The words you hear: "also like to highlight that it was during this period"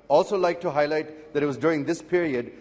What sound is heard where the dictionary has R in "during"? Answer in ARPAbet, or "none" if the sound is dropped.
R